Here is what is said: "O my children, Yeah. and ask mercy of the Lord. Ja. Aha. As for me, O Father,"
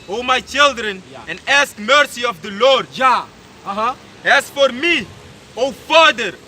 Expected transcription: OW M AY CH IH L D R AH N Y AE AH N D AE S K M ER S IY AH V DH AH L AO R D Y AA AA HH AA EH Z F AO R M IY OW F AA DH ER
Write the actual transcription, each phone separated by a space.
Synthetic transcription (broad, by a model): OW M AY CH IH L D R AH N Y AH N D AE S K M ER S IY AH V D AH L AO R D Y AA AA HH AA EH S F AO R M IY OW F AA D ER